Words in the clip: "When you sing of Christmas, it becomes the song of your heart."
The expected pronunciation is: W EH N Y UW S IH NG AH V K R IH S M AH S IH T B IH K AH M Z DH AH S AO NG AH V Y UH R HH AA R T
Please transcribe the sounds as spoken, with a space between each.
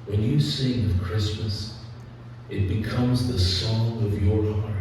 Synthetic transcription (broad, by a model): W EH N Y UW S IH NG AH K R IH S M AH S IH T B IH K AH M Z DH AH S AO NG AH V Y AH R HH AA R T